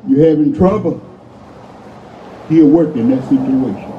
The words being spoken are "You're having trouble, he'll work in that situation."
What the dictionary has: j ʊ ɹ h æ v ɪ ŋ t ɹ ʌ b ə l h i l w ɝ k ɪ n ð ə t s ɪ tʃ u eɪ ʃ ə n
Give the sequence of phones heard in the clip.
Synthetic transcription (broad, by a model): j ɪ h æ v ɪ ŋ t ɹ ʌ b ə l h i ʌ w ɝ k ɪ n ð ə t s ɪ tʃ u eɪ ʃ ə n